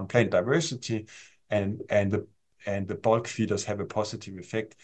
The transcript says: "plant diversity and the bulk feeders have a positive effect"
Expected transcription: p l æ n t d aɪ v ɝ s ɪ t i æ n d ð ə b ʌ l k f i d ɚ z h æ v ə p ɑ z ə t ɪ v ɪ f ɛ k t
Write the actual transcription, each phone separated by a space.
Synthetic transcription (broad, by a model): p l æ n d aɪ v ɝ s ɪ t i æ n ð ð ə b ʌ l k f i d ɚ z h æ v ə p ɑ s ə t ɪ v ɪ f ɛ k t